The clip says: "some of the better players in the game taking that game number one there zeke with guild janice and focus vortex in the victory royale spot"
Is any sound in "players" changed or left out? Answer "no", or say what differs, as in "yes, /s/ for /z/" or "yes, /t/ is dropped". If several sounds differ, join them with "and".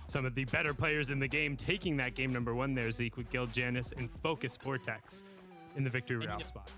no